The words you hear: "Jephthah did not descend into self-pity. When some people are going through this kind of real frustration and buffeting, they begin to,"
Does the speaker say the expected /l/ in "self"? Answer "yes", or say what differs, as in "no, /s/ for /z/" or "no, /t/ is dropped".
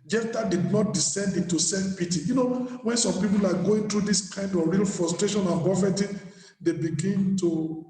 no, /l/ is dropped